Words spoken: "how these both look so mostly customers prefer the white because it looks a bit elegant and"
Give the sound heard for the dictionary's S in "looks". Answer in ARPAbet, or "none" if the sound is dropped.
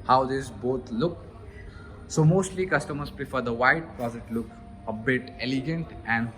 none